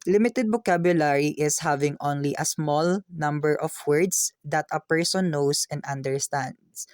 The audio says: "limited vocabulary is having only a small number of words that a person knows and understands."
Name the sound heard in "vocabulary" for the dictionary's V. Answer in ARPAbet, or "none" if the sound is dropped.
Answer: B